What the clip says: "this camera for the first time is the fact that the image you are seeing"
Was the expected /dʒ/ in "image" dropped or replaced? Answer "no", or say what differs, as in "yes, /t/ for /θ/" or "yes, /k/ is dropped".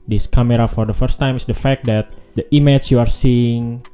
yes, /tʃ/ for /dʒ/